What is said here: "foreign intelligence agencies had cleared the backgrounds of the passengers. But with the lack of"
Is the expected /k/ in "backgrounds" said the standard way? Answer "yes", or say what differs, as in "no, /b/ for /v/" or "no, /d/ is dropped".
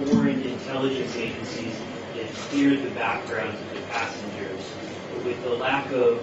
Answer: yes